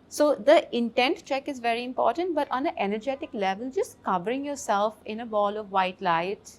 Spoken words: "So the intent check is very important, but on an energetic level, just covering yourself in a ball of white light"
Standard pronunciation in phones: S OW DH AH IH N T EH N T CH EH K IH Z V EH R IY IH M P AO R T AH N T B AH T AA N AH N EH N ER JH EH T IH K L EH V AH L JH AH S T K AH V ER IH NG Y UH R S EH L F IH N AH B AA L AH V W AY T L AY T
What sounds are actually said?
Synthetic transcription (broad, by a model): S OW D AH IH N T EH N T CH EH K IH Z V EH R IY IH M P AO R T AH N T B AH T AA N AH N EH N ER JH EH T IH K L EH V AH L JH AH S T K AH V ER IH NG Y UH R S EH L F IH N AH B AA L AH V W AY T L AY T